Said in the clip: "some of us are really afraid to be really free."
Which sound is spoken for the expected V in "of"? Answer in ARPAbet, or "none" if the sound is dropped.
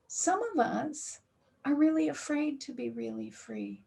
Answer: V